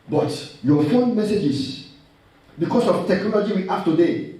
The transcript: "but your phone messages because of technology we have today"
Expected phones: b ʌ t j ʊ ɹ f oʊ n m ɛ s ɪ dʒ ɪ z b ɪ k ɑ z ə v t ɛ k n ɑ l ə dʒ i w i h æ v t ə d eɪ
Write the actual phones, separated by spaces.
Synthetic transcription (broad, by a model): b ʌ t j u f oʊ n m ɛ s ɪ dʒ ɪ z b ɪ k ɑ s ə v t ɛ k n ɑ l ə dʒ i w i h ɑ f t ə d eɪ